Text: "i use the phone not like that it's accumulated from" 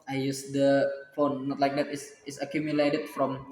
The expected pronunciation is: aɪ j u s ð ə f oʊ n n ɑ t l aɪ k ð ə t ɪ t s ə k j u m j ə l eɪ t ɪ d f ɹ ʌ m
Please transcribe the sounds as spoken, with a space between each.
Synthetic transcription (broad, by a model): aɪ j u s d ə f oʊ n n ɑ t l aɪ k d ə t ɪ s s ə k j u m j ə l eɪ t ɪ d f ɹ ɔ m